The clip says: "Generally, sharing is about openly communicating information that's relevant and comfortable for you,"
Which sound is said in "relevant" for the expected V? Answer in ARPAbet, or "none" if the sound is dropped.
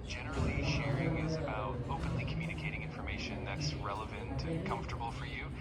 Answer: V